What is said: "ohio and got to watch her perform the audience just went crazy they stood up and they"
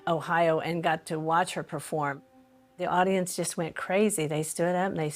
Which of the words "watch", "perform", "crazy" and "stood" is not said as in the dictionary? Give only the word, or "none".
none